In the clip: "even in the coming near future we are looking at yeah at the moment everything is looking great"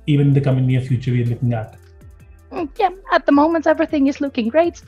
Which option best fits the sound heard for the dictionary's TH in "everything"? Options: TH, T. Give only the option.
TH